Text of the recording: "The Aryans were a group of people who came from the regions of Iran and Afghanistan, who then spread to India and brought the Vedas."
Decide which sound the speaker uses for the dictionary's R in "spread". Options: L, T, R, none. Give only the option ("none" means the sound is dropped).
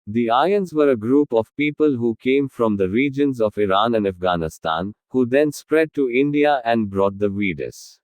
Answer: R